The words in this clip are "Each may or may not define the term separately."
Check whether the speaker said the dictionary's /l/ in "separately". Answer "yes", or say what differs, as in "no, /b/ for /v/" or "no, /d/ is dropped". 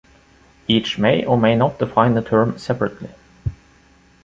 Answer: yes